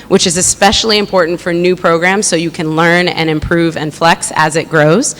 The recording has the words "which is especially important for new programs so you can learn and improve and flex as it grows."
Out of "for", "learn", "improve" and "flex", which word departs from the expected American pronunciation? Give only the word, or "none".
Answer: none